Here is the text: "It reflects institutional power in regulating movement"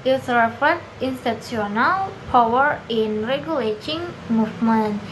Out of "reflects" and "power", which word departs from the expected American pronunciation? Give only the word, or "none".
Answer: reflects